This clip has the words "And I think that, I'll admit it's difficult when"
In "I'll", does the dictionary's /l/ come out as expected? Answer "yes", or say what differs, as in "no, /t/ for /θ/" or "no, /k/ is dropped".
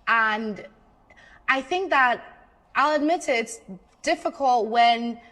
yes